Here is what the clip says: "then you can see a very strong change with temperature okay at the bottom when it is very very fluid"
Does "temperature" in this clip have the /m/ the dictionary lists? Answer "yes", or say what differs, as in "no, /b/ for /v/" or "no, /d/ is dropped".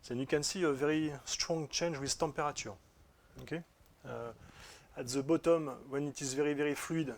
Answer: no, /m/ is dropped